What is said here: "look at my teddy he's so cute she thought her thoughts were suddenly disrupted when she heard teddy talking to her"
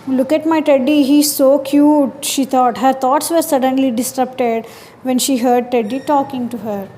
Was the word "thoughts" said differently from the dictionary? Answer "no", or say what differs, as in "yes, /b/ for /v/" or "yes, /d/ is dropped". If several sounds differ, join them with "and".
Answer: yes, /t/ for /θ/